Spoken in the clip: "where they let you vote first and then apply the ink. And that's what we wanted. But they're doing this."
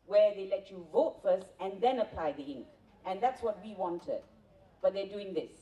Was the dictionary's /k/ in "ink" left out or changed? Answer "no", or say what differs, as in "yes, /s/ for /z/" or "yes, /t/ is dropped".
no